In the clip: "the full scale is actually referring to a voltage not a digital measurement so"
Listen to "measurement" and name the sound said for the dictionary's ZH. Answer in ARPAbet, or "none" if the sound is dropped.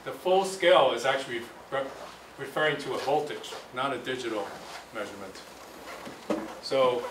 ZH